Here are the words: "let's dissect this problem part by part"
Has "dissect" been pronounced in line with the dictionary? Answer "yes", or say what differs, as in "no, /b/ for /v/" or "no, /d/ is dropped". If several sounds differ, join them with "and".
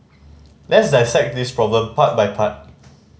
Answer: yes